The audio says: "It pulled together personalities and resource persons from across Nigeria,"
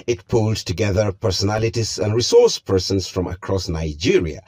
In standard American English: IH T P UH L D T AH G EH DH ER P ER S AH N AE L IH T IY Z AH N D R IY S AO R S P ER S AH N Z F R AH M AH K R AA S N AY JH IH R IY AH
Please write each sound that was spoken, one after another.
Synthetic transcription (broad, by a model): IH T P UH L D T AH G EH DH ER P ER S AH N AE L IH T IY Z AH N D R IY S AO R S P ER S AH N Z F R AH M AH K R AA S N AY JH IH R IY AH